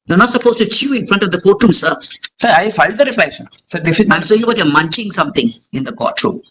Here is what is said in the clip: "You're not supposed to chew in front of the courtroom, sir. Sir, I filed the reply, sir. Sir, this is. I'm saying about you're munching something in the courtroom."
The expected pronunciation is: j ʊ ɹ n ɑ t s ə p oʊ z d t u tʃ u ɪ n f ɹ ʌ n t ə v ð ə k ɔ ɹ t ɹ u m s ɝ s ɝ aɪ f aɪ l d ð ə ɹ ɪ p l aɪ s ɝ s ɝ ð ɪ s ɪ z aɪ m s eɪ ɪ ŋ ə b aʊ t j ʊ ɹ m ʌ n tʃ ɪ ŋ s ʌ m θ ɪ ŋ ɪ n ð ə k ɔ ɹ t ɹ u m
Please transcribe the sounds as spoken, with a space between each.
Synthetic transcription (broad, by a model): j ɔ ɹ n ɑ t s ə p oʊ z t u tʃ u ɪ n f ɹ ʌ n t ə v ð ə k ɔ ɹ t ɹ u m s ɝ s ɝ aɪ f aɪ l d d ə ɹ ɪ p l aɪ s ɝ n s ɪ ɪ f aɪ m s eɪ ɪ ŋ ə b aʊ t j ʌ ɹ m ʌ n tʃ ɪ ŋ s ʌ m t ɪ ŋ ɪ n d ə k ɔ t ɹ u m